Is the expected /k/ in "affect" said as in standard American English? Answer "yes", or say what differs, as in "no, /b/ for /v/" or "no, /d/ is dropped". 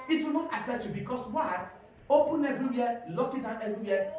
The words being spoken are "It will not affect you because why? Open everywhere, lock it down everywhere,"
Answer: no, /k/ is dropped